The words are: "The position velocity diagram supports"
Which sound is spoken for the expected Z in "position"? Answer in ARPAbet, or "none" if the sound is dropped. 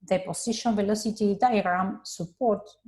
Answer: S